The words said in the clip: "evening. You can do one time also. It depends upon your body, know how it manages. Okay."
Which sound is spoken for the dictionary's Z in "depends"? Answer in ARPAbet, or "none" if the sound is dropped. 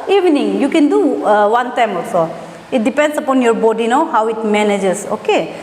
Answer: S